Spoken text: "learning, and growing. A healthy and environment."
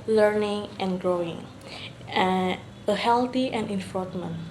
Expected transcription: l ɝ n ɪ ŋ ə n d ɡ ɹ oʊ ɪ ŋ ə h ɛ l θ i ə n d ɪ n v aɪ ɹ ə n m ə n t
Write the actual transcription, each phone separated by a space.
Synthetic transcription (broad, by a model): l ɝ n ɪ ŋ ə n ɡ ɹ oʊ ɪ ŋ ə h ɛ l t i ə n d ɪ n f ɹ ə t m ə n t